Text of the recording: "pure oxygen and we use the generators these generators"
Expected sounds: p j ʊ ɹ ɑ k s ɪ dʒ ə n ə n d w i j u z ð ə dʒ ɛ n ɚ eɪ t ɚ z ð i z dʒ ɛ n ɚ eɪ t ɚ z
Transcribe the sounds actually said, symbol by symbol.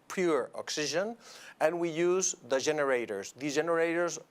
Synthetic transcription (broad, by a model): p j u ɹ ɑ k s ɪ ʒ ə n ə n w i j u z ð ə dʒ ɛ n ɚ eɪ t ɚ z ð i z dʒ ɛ n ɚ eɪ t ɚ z